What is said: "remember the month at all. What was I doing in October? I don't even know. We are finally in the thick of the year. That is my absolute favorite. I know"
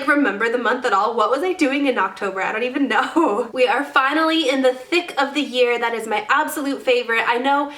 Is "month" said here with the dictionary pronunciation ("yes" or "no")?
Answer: yes